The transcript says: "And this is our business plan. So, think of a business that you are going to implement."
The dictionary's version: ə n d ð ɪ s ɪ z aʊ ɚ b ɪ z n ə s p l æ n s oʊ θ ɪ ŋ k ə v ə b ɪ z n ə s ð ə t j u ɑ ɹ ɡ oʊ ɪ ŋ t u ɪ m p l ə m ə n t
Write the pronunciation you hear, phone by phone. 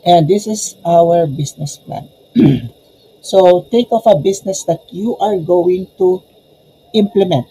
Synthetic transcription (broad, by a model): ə n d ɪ s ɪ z aʊ ɚ b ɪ s n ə s p l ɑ n s oʊ t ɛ k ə f ə b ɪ s n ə s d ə t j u ɑ ɹ ɡ oʊ ɪ ŋ t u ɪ m p l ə m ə n t